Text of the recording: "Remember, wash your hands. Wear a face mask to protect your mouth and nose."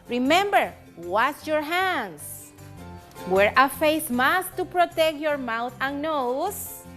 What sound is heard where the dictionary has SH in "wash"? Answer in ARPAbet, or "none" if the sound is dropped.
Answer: S